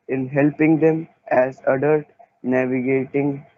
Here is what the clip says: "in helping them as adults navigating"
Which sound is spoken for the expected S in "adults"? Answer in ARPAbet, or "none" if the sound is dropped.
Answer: none